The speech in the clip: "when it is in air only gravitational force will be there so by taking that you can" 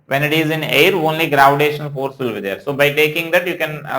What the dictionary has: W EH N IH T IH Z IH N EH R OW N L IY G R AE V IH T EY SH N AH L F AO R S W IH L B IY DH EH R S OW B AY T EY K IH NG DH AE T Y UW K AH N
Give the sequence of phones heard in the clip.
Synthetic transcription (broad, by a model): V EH N IH T IH Z IH N EH R OW N L IY G R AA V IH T EY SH AH N F AO R S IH L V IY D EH R S OW B AY T EY K IH NG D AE T Y UW K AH N